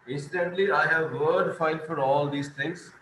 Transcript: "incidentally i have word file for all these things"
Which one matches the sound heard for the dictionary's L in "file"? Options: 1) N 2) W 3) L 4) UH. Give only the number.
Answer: 1